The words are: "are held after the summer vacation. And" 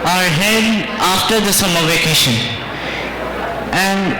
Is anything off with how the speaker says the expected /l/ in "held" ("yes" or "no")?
yes